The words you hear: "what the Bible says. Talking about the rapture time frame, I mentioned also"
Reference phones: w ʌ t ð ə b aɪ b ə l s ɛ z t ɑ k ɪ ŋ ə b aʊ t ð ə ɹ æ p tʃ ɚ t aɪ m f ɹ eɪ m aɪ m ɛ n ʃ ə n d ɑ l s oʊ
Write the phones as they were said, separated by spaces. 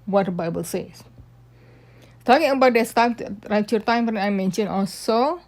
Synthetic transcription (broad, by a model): w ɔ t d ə b aɪ b ə l s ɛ s t ɑ k ɪ ŋ ə b aʊ t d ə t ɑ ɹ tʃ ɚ t aɪ m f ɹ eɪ aɪ m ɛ n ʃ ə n ɑ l s oʊ